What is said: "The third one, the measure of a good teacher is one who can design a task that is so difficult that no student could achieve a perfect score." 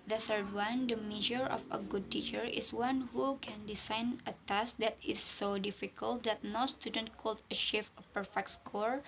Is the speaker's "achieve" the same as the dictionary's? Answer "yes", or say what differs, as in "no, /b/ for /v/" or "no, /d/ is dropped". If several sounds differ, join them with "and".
no, /ʃ/ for /tʃ/